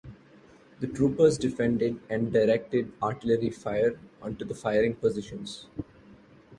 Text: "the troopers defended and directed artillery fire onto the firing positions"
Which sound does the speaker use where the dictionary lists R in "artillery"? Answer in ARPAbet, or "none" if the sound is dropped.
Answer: R